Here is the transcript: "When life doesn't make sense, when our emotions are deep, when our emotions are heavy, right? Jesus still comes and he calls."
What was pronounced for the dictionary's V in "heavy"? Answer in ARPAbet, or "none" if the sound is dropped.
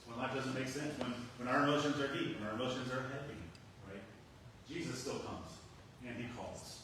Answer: P